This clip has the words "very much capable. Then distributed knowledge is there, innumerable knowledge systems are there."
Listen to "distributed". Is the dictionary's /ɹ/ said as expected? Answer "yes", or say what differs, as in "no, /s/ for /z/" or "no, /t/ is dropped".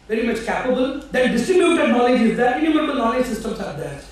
no, /ɹ/ is dropped